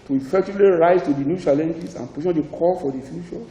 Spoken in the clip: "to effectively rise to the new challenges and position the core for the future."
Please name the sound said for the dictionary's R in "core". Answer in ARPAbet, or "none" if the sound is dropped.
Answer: L